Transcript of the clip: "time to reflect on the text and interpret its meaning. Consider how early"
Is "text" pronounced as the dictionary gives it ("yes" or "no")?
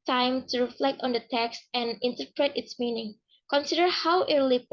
yes